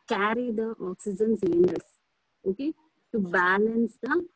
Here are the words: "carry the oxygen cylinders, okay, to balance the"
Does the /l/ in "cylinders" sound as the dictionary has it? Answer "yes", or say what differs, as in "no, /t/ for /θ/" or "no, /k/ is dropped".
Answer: no, /n/ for /l/